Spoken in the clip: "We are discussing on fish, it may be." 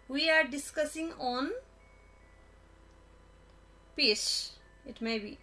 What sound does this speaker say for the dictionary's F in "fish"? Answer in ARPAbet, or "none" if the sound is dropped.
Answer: P